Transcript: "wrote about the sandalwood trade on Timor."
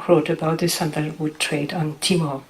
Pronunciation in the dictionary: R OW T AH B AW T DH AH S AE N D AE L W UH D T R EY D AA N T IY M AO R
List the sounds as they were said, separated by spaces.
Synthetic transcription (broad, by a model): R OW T AH B AW T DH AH S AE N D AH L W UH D T R EY D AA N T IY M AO